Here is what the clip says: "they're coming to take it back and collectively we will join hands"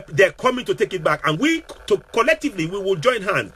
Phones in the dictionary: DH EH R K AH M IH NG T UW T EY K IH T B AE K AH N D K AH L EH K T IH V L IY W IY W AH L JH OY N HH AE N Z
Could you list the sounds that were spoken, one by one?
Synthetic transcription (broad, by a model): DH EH K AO M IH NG T UW T EY K IH T B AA K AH N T K AH L EH K T IH V L IY W IY W AH L JH OY N HH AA N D